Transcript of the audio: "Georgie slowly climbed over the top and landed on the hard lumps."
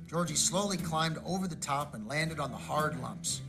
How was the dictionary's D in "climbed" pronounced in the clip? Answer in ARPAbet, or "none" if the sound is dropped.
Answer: D